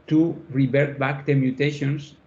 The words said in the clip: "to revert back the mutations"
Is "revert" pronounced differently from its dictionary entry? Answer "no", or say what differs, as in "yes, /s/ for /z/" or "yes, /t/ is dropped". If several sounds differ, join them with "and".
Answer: yes, /b/ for /v/